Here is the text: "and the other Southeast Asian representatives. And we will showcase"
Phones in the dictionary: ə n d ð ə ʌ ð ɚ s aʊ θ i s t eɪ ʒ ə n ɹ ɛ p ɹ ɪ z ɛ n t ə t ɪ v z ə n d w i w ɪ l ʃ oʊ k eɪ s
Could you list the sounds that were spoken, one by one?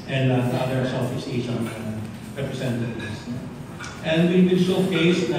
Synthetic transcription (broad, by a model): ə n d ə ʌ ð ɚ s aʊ f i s eɪ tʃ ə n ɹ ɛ p ɹ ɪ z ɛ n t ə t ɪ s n ə n d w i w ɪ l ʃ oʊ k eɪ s